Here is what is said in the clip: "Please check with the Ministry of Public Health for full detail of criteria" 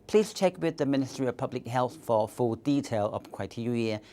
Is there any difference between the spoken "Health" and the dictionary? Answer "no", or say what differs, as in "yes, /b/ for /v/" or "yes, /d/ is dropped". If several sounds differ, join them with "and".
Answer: no